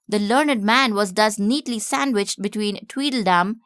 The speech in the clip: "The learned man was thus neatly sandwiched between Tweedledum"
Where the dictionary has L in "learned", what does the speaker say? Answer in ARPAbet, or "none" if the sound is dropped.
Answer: L